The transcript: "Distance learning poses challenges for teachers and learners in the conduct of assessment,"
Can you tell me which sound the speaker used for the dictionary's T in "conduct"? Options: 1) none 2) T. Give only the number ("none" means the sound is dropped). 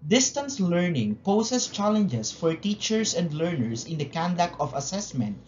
1